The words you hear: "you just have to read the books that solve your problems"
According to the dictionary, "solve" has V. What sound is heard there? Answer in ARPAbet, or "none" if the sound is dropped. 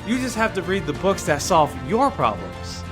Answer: V